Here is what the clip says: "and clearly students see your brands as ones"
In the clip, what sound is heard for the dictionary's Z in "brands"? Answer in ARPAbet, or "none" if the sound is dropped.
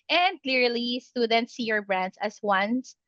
S